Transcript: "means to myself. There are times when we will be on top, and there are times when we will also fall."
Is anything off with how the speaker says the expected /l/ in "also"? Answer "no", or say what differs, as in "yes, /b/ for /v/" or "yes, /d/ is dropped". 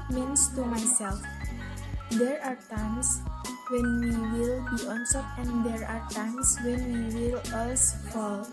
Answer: yes, /l/ is dropped